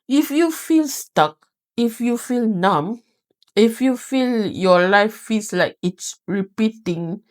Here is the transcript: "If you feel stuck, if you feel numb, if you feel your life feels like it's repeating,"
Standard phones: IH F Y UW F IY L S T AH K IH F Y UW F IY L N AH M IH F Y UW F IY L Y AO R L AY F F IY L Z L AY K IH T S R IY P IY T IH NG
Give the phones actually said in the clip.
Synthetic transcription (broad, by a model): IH F Y UW F IY L S T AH K IH F Y UW F IY L N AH M IH F Y UW F IY L Y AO L AY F F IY L S L AY K IH T S R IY P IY T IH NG